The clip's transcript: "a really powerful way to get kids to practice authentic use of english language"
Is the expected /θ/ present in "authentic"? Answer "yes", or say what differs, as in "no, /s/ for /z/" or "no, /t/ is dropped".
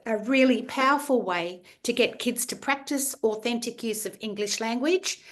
yes